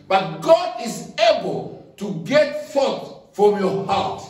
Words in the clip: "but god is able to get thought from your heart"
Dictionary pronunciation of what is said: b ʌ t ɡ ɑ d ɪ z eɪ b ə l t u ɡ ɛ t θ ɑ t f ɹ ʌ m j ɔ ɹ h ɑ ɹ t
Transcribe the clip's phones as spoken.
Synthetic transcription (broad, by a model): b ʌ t ɡ ɑ d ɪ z eɪ b ə l t u ɡ ɛ t f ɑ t f ɹ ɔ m j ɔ h ɑ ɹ t